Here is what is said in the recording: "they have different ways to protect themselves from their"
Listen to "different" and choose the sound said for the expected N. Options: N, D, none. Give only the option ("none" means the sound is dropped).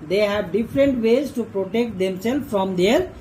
N